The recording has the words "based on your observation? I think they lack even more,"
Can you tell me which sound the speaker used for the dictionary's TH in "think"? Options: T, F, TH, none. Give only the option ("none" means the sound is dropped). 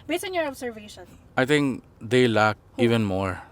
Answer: T